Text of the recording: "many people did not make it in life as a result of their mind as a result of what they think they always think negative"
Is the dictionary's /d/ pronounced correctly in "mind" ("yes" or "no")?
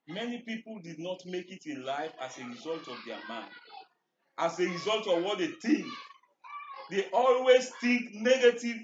no